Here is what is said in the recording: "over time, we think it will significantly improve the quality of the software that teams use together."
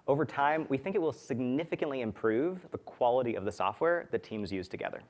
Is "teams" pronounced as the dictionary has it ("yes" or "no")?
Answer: yes